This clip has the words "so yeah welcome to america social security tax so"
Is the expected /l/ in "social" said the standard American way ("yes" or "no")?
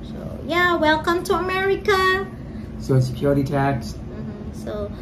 no